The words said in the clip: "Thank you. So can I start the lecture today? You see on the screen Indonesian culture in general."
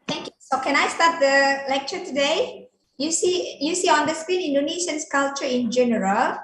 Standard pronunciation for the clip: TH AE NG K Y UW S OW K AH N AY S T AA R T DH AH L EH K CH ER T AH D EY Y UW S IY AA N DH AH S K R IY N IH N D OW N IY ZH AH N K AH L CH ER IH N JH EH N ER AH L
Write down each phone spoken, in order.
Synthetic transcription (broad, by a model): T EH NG K Y UW S OW K AH N AY S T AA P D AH L EH K CH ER T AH D EY Y UW S IY AA N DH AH S K R IY N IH N D OW N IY SH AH N K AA L CH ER IH N JH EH N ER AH L